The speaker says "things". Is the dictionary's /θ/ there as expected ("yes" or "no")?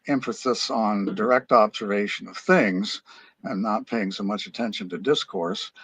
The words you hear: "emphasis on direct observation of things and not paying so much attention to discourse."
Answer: yes